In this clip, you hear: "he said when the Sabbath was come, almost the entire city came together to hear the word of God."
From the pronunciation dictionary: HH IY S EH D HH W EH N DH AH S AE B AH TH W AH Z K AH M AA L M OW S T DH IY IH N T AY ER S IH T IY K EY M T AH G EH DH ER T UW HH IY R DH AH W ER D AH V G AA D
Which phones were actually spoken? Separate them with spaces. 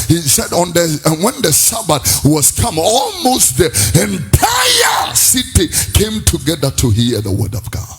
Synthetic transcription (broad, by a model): HH IY S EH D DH W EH N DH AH S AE B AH T W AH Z K AH M AA L M OW S T DH IY IH N T AY ER S IH T IY K EY M T AH G EH DH ER T UW HH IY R DH AH W ER D AH V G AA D